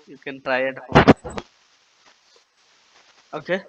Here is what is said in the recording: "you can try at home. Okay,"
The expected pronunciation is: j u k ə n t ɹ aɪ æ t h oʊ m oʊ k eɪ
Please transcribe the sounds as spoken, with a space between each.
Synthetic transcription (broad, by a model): j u k ə n t ɹ aɪ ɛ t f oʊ oʊ k eɪ